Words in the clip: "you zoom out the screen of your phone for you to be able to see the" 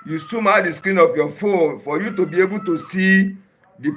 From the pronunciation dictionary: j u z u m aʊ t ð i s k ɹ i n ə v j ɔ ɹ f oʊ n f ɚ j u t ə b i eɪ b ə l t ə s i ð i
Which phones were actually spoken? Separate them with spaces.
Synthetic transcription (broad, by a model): j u s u m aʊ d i s k ɹ i n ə f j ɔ f oʊ n f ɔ j u t ə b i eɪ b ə t ə s i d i